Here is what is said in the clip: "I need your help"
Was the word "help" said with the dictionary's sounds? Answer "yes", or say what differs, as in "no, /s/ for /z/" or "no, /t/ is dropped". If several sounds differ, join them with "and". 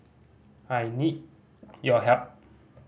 no, /l/ is dropped